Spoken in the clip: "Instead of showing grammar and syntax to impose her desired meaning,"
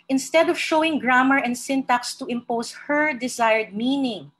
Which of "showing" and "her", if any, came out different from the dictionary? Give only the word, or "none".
none